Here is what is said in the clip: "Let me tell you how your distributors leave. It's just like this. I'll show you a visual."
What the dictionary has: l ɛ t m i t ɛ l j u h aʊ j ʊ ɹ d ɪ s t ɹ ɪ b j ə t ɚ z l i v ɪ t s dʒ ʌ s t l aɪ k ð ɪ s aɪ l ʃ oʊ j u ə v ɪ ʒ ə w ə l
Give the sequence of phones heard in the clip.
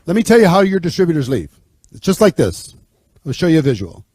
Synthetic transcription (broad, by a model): l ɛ t m i t ɛ l j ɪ h aʊ j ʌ ɹ d ɪ s t ɹ ɪ b j ə t ɚ z l i v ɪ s dʒ ʌ s t l aɪ k ð ɪ s aɪ l ʃ oʊ j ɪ ə v ɪ ʒ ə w l